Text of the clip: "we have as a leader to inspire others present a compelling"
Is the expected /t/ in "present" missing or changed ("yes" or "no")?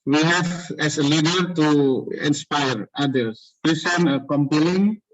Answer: yes